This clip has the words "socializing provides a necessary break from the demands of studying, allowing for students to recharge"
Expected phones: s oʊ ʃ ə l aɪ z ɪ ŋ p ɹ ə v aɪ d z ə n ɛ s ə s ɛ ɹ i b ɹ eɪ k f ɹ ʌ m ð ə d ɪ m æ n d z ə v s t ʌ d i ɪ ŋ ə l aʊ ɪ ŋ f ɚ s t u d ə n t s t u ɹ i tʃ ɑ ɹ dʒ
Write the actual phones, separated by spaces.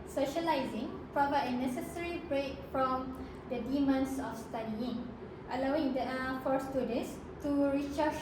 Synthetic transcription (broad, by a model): s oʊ ʃ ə l aɪ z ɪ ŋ p ɹ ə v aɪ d ə n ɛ s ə s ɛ ɹ i b ɹ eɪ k f ɹ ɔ m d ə d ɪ m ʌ n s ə f s t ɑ d i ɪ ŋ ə l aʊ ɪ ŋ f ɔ s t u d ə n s t u ɹ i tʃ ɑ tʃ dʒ